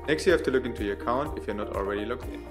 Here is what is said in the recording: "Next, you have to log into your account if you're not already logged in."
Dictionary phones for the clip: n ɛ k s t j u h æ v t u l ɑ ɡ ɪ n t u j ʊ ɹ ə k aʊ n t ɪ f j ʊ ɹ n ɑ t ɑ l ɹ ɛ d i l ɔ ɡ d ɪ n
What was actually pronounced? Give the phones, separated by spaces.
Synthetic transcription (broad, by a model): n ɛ k s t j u h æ f t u l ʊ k ɪ n t u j ə k aʊ n t ɪ f j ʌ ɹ n ɑ t ɑ l ɹ ɛ d i l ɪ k